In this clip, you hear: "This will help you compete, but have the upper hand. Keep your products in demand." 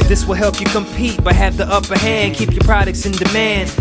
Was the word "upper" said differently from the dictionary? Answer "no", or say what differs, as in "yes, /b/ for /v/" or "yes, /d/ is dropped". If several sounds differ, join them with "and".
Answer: no